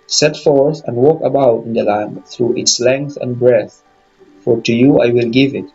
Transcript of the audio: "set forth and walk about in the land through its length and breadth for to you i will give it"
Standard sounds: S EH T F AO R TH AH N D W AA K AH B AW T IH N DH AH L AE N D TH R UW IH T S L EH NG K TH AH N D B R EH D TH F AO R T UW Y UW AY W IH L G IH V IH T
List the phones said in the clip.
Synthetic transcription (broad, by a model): S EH T F AO R TH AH N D W AA K AH B AW T IH N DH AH L AE N D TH R UW IH T S L EH NG K TH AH N B R EH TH F AO R T UW Y UW AY W IH L G IH V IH T